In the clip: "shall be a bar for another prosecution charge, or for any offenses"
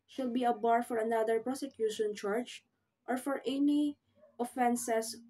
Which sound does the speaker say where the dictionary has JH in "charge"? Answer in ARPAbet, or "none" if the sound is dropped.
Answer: CH